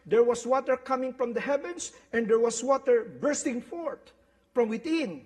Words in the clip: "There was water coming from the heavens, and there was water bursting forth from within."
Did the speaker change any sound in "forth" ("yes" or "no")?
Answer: yes